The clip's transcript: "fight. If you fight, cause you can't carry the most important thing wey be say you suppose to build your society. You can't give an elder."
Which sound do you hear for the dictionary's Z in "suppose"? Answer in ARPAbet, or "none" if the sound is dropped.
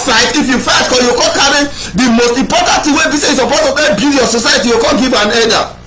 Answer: none